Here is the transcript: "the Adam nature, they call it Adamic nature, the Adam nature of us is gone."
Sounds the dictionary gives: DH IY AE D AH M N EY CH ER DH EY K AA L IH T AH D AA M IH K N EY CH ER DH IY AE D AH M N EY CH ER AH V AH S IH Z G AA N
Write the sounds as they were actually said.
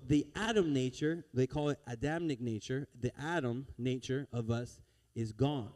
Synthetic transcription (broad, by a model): DH IY AE D AH M N EY CH ER DH EY K AA L IH T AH D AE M IH K N EY CH ER DH IY AE D AH M N EY CH ER AH V AH S IH Z G AA N